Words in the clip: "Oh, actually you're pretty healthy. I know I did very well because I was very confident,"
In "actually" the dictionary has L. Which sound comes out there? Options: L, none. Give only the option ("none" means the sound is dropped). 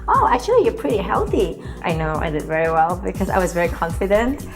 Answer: none